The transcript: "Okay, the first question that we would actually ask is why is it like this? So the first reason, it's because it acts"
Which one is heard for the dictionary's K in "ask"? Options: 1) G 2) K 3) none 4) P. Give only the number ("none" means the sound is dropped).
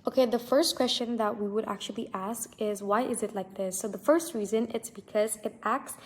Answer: 2